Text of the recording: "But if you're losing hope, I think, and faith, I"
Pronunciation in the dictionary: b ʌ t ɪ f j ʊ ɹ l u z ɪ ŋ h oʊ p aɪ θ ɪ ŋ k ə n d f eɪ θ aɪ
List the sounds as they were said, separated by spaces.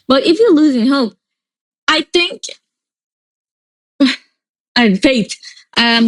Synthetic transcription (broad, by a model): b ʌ t ɪ f j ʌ ɹ l u z ɪ ŋ h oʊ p aɪ θ ɪ ŋ k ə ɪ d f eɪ t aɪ